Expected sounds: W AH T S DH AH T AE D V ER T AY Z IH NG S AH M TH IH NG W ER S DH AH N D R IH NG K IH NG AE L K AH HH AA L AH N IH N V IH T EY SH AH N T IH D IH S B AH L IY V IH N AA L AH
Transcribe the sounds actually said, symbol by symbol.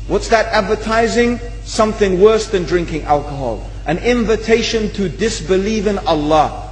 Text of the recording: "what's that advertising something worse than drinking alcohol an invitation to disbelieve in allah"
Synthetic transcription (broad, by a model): W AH T S DH AH T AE D V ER T AY Z IH NG S AH M TH IH NG W ER S DH AH N D R IH NG K IH NG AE L K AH HH AA L AH N IH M V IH T EY SH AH N T IH D IH S B AH L IY V IH N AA L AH